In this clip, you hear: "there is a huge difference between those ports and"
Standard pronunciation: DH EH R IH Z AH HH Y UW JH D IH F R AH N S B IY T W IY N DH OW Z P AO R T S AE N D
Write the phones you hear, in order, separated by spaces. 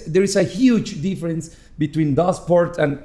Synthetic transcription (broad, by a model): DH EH R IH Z AH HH Y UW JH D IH F R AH N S B IY T W IY N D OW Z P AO R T AE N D